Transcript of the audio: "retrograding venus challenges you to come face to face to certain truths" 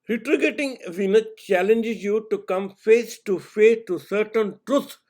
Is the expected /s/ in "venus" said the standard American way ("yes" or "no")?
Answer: no